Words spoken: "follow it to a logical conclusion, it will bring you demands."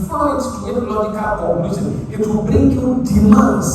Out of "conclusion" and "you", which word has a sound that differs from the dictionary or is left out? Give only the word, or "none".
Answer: conclusion